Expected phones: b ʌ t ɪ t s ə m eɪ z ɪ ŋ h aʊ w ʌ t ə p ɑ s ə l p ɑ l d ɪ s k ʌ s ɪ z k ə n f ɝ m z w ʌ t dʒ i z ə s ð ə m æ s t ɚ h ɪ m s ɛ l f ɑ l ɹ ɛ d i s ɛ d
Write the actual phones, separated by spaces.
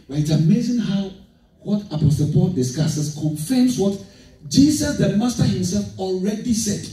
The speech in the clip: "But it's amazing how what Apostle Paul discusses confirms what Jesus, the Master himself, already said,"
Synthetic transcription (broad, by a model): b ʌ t ɪ t s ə m eɪ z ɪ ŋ h aʊ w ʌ t ə p ɑ s ə l p ɑ l d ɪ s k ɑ s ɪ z k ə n f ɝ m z w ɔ t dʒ i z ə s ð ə m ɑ s t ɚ h ɪ m s ɛ l f ɑ l ɹ ɛ d i s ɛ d